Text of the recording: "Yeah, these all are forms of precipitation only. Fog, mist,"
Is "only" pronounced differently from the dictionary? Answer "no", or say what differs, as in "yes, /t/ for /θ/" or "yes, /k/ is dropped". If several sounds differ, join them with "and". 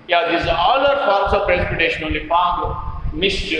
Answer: yes, /n/ is dropped